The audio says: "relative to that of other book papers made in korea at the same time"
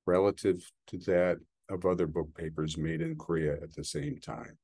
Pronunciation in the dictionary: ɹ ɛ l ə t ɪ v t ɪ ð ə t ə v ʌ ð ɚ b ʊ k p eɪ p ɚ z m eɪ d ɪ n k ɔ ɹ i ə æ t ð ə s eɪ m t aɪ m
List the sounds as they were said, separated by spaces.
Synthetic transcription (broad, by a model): ɹ ɛ l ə t ɪ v t ɪ ð ə t ə v ʌ ð ɚ b ʊ k p eɪ p ɚ z m eɪ d ɪ n k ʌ ɹ i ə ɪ t ð ə s eɪ m t aɪ m